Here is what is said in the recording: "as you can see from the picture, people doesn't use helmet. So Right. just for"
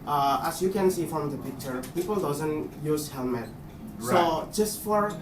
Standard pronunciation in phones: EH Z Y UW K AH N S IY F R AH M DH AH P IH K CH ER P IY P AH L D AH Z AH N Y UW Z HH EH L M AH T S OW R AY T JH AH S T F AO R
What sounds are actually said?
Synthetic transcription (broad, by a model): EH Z Y UW K AH N S IY F R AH M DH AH P IH K CH ER P IY P AH L D AH Z AH N Y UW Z HH EH L M AH T S OW JH AH S T F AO R